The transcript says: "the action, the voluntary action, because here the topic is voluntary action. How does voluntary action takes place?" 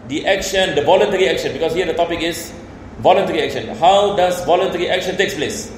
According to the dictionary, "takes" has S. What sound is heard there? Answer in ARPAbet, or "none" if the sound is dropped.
S